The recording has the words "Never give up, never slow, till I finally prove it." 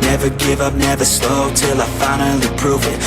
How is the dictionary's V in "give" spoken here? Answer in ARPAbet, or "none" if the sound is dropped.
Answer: V